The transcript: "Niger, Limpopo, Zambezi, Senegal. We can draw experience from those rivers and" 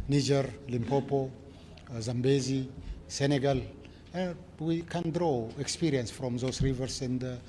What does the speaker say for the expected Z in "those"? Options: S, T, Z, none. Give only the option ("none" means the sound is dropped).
S